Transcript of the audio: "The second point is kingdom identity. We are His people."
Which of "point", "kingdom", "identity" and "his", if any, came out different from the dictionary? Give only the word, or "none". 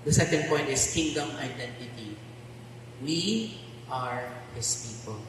his